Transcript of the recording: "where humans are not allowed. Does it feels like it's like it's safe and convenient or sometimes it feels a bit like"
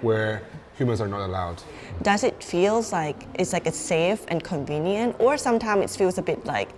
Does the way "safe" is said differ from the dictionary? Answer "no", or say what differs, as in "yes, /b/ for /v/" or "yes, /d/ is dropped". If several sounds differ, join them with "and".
no